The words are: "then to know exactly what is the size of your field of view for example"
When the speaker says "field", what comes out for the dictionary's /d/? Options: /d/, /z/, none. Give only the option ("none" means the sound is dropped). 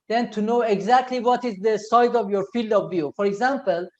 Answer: /d/